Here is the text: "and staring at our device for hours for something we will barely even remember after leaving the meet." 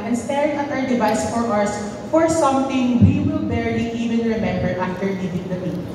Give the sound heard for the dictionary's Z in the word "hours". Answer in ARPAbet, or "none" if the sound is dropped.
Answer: S